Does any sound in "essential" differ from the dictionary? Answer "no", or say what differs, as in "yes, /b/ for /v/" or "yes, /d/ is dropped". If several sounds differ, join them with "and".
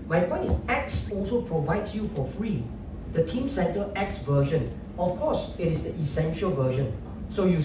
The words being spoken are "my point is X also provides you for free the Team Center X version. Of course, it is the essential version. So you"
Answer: no